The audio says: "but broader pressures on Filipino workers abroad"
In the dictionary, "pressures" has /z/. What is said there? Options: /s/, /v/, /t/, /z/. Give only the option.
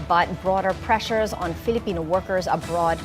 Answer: /z/